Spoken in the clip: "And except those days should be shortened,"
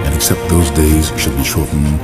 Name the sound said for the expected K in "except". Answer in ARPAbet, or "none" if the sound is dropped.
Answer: K